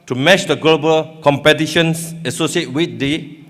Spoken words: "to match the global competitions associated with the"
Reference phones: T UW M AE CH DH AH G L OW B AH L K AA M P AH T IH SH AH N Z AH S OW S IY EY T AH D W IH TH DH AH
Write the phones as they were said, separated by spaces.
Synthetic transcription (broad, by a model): T UW M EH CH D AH G L OW B AH L K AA M P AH T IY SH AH N S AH S OW S IY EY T W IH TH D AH